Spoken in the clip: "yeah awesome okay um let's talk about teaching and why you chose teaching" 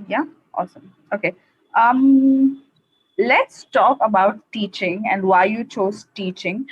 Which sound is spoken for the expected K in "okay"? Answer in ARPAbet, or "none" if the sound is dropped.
K